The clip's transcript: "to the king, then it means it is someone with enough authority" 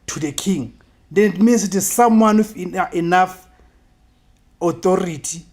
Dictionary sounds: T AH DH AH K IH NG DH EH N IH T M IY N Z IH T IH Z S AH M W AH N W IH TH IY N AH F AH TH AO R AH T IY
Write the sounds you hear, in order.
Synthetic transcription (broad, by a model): T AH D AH K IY NG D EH N IH T M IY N S IH T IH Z S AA M W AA N W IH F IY N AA F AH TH AO R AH T IY